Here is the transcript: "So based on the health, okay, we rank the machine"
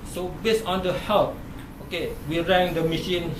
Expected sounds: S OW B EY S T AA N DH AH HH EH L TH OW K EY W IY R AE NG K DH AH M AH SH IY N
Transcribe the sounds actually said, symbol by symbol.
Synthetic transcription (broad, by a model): S OW B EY S AA N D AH HH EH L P OW K EY W IY R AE NG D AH M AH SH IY N